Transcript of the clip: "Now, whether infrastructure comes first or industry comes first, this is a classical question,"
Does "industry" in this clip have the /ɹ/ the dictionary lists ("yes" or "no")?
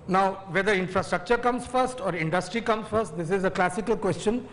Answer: yes